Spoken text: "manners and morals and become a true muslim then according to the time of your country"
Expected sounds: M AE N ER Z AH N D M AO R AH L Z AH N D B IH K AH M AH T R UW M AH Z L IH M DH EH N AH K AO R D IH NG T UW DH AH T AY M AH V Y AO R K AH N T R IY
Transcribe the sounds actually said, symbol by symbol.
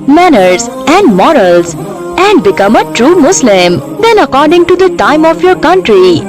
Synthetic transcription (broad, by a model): M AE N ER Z AH N D M AO R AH L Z AH N D B IH K AH M AH T R UW M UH S L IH M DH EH N AH K AO R D IH NG T UW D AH T AY M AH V Y AO R K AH N T R IY